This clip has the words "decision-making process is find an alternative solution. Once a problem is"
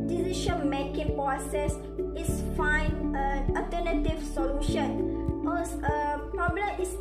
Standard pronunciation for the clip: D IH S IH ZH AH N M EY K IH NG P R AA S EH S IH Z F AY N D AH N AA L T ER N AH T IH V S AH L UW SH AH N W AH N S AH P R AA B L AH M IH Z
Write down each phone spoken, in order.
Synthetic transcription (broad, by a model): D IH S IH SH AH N M EY K IH NG P R AA S EH S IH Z F AY N AH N AA L T ER N AH T IH V S AH L UW SH AH N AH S AH P R AA B L AH M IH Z